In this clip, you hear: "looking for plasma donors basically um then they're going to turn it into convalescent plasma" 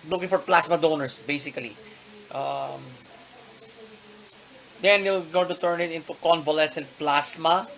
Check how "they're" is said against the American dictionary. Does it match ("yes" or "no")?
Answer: no